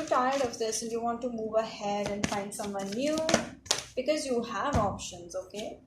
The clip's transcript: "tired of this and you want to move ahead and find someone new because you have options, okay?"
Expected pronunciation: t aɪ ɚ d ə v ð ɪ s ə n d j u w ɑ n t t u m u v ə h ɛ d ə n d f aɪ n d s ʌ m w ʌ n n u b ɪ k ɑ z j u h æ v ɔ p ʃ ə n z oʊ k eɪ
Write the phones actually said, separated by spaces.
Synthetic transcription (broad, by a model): t aɪ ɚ d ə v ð ɪ s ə n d j u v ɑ n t t u m u v ə h ɛ d ə n d f aɪ n d s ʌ m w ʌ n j u b ɪ k ɑ z j u h æ v ɔ p ʃ ə n z oʊ k eɪ